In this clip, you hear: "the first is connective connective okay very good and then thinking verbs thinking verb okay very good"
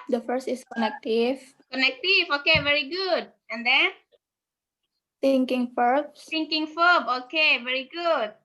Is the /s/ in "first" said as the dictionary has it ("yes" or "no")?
yes